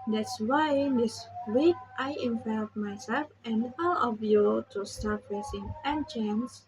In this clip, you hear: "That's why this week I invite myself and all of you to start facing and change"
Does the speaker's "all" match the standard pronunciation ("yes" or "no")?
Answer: yes